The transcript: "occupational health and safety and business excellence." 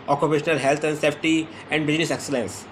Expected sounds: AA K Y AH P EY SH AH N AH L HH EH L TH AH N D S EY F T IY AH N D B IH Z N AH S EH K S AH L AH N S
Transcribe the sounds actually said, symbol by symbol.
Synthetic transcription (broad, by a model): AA K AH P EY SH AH N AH L HH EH L T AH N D S EY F T IY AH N D B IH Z N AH S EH K S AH L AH N S